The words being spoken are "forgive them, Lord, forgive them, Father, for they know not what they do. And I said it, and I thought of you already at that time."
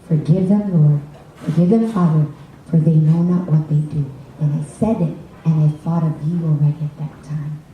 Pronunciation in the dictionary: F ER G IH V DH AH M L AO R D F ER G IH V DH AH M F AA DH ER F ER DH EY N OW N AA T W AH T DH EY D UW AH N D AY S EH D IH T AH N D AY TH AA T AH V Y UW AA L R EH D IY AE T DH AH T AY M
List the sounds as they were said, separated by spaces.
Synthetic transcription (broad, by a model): F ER G IH V DH AH M L AO R D F ER G IH V DH AH M F AA DH ER F ER DH EY N OW N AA T W AH T DH EY D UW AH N AY S EH D IH T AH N AY TH AA T AH V Y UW AA L R EH D IY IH T DH AH T AY M